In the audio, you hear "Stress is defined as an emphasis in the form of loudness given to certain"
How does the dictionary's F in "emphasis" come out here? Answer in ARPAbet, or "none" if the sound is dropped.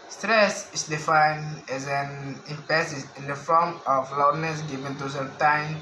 P